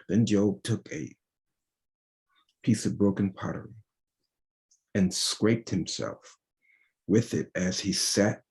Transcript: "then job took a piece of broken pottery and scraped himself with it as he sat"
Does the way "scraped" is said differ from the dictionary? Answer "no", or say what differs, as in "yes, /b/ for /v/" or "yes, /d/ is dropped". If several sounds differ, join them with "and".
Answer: no